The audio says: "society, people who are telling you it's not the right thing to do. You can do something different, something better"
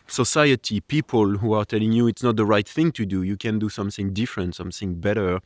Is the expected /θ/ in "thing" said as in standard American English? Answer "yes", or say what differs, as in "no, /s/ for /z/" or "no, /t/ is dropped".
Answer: yes